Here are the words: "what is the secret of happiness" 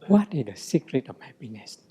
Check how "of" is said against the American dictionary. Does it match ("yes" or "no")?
no